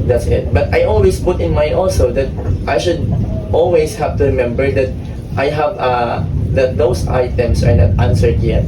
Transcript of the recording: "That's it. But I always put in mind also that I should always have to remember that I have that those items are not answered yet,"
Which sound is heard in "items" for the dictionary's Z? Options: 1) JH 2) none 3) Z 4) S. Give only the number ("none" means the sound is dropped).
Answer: 4